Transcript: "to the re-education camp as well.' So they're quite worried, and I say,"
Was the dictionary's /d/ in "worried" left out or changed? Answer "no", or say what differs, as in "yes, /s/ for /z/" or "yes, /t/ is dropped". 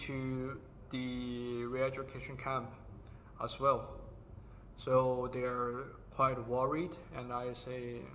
no